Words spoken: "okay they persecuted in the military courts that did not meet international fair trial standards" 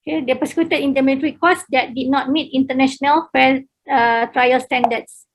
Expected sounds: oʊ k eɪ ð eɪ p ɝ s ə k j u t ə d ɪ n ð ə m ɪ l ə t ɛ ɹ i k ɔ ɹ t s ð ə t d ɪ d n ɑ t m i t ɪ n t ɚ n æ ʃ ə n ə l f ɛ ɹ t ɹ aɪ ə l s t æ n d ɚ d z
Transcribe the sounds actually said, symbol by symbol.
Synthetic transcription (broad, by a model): k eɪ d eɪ p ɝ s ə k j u t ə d ɪ n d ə m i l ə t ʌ ɹ i k ɔ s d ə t d ɪ d n ɑ t m i t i n t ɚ n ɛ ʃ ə n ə l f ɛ l t ɹ aɪ ə l s t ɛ n d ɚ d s